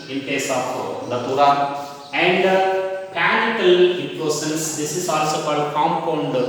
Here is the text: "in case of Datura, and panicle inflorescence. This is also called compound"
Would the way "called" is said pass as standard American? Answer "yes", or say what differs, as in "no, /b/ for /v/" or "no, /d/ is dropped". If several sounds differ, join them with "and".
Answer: no, /l/ is dropped